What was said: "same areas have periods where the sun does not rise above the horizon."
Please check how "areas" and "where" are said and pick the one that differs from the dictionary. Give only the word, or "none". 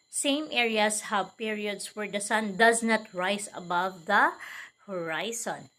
areas